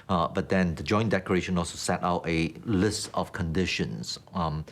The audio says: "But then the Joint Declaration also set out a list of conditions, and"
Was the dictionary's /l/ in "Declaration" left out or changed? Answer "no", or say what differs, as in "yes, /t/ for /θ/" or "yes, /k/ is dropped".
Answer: yes, /l/ is dropped